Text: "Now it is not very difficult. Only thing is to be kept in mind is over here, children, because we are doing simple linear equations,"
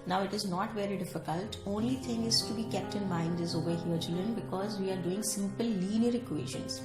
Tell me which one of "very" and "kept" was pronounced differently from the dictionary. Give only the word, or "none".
none